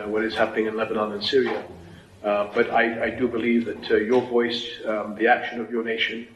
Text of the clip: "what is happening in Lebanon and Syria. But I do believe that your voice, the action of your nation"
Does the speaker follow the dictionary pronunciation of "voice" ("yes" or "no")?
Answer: yes